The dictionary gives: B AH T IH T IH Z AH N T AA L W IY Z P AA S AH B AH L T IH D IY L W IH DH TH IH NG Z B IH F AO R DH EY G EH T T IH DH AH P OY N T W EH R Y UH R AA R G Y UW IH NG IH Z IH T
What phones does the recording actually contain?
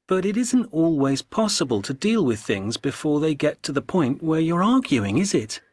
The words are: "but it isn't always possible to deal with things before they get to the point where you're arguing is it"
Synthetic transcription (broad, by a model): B AH T IH T IH Z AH N T AA L W IY Z P AA S AH B AH L T IH D IY L W IH DH TH IH NG Z B IH F AO R DH EY G EH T T IH DH AH P OY N T W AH R Y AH R AA R G Y UW IH NG IH Z IH T